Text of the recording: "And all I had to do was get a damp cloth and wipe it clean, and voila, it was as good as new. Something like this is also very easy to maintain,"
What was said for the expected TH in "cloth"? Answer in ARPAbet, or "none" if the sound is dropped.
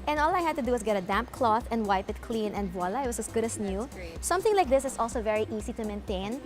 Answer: TH